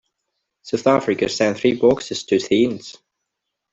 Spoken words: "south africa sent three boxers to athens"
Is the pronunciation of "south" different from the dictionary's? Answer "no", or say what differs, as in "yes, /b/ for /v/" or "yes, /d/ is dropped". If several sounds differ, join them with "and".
no